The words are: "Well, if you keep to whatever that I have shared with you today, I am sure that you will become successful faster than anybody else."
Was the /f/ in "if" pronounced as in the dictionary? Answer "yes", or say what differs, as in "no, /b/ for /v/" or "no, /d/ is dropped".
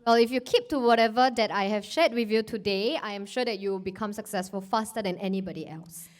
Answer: yes